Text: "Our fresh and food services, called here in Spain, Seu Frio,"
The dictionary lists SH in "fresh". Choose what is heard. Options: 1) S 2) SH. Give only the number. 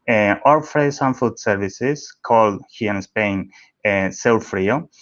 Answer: 1